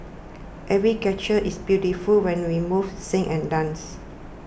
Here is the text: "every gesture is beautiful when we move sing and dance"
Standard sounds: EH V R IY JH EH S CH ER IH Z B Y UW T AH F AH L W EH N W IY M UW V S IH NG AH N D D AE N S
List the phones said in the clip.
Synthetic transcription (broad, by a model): EH V R IY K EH CH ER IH S B Y UW T AH F AH L W EH N W IY M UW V S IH NG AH N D D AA N S